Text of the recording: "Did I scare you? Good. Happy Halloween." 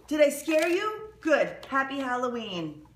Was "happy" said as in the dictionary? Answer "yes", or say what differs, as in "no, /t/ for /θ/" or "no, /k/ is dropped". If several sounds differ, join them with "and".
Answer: yes